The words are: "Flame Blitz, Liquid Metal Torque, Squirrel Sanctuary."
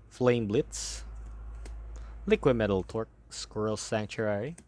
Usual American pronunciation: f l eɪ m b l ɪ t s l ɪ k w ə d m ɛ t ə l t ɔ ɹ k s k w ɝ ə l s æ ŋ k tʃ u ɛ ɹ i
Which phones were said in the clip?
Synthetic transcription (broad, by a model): f l eɪ m b l ɪ t s l ɪ k w ə d m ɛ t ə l t ɔ ɹ k s k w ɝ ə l s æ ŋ k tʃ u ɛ ɹ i